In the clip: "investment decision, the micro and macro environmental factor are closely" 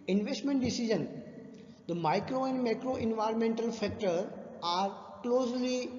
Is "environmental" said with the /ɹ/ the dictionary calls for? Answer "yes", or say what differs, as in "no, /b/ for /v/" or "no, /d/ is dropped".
yes